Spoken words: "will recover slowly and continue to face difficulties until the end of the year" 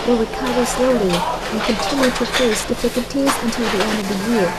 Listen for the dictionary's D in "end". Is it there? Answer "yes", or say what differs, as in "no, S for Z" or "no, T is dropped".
yes